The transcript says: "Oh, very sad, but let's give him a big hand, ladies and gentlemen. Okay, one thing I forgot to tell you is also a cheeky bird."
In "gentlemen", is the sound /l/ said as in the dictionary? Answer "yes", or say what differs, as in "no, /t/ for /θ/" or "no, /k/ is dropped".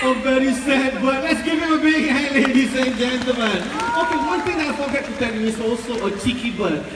no, /l/ is dropped